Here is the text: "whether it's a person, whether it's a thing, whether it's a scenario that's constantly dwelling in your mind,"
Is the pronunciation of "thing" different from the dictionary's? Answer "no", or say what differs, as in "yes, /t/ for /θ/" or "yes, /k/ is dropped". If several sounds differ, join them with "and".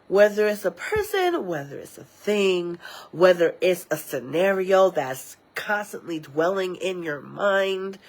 no